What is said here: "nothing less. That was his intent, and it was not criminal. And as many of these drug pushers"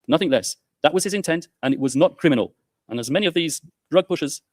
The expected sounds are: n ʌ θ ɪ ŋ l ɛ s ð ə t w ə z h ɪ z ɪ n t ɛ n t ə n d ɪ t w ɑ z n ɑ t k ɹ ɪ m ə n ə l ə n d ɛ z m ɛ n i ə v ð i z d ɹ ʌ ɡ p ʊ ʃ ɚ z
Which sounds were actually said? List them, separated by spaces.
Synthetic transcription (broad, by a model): n ʌ θ ɪ ŋ l ɛ s ð ə t w ə z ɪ z ɪ n t ɛ n t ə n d ɪ t w ɑ z n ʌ t k ɹ ɪ m ə n ə l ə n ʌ z m ɛ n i ə v ð i z d ɹ ʌ ɡ p ʊ ʃ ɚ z